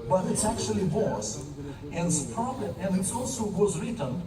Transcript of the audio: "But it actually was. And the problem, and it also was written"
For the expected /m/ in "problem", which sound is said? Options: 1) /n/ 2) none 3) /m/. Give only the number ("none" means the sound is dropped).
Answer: 2